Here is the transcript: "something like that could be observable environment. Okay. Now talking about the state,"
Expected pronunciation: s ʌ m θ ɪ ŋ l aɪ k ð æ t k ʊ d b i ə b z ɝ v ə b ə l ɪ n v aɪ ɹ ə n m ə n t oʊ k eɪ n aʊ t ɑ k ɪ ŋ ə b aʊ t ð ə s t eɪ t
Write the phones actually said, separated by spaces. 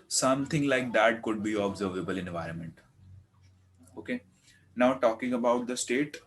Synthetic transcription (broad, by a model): s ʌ m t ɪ ŋ l aɪ k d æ t k ʊ d b i ə b z ɝ v ə b ə l ɪ n v aɪ ɹ ə n m ə n t oʊ k eɪ n aʊ t ɑ k ɪ ŋ ə b aʊ t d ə s t eɪ t